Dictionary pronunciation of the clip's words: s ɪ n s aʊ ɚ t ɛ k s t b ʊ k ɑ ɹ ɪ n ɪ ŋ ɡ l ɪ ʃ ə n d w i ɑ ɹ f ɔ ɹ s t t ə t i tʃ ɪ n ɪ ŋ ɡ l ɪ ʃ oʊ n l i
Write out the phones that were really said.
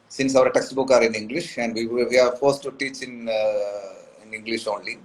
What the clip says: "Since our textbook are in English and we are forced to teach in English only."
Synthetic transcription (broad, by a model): s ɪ n s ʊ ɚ t ɛ k s t b ʊ k ɑ ɹ ɪ n ɪ ŋ ɡ l ɪ ʃ ə n d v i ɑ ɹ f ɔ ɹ s t t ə s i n ɪ n ɪ ŋ ɡ l ɪ ʃ oʊ n l i